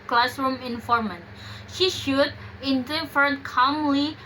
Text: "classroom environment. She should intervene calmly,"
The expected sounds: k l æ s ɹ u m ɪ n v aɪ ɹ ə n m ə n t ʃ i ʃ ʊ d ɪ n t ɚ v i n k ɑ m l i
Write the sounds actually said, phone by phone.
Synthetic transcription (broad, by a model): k l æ s ɹ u m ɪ n f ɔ ɹ m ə n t ʃ i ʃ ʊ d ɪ n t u f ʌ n k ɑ m l i